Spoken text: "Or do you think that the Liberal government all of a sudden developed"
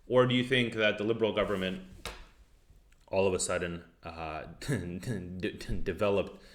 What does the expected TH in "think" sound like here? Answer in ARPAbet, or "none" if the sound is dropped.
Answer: TH